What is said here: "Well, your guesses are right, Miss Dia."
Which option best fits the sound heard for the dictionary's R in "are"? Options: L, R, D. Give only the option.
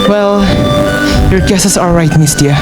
L